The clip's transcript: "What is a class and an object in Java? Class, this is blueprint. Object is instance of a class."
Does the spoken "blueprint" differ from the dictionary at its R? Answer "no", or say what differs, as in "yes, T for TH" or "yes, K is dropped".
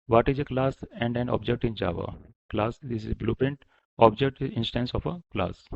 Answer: yes, R is dropped